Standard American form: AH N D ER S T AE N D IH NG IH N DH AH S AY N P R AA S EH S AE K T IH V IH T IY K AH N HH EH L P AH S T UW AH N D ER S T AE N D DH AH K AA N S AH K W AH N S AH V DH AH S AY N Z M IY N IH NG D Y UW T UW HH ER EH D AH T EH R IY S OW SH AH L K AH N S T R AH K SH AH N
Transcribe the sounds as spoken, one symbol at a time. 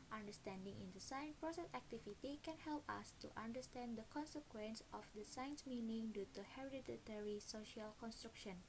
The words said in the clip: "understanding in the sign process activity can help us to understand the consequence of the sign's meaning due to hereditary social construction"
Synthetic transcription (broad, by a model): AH N D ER S T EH N D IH NG IH N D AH S AY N P R AA S EH S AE K T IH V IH T IY K AH N HH EH L P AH S T UW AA N D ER S T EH N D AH K AA N S AH K W AH N S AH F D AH S AY N S M IY N IH NG D Y UW T UW HH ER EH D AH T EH R IY S OW SH AH L K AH N S T R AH K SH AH N